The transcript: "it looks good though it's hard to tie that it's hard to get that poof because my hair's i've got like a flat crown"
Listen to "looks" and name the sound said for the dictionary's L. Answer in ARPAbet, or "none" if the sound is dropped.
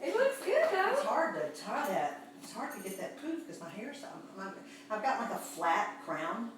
W